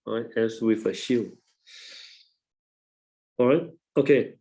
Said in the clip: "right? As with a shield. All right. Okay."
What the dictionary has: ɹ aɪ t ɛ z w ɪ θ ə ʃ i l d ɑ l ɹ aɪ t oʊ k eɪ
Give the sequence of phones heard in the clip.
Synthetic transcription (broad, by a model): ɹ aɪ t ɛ s w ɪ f ə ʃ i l ɑ ɹ aɪ t oʊ k eɪ